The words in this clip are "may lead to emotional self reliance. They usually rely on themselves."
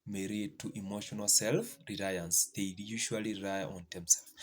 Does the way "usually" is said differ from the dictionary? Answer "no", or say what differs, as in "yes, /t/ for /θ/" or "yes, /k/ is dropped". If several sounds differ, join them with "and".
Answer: yes, /ʃ/ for /ʒ/ and /l/ is dropped